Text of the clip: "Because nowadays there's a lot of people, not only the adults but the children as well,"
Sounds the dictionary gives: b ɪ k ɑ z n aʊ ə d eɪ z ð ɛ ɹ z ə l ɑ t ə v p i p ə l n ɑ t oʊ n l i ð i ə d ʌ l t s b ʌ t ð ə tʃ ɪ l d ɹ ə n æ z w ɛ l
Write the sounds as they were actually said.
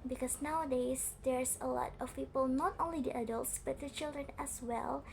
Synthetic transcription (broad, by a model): b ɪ k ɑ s n aʊ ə d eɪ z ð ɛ ɹ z ə l ɑ t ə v p i p ə l n ɑ t oʊ n l i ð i ə d ʌ l t s b ʌ t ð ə tʃ ɪ l d ɹ ə n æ s w ɛ l